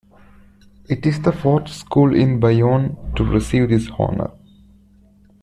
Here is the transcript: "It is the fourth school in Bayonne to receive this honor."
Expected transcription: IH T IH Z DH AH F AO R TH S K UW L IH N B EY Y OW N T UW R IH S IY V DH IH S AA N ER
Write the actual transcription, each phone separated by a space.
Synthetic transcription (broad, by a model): IH T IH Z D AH F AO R T S K UW L IH N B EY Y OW N T UW R IH S IY V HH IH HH AA N ER